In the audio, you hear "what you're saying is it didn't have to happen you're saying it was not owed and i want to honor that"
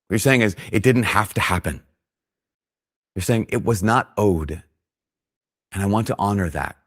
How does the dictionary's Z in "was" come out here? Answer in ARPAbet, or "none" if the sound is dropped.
Z